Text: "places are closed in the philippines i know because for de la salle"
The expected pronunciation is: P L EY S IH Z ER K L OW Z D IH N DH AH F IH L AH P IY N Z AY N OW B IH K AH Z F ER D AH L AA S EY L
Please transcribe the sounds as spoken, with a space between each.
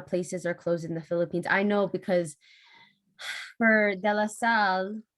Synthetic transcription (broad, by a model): P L EY S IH Z ER K L OW Z D IH N DH AH F IH L AH P IY N Z AY N OW B IH K AH Z F ER D AH L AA S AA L